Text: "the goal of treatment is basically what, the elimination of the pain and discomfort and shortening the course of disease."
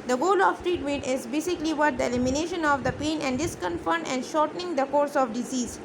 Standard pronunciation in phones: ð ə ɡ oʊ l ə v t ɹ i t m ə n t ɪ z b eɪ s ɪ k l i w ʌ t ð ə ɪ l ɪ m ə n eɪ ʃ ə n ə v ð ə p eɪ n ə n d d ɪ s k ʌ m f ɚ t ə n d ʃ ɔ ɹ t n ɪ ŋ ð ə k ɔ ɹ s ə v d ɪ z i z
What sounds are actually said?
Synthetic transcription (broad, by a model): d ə ɡ oʊ l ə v t ɹ i t m ə n t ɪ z b eɪ s ɪ k l i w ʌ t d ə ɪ l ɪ m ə n eɪ ʃ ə n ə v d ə p eɪ n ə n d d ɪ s k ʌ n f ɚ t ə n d ʃ ɔ ɹ t n ɪ ŋ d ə k ɔ ɹ s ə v d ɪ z i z